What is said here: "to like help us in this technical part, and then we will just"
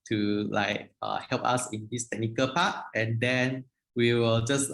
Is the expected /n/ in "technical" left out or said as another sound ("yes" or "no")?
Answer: no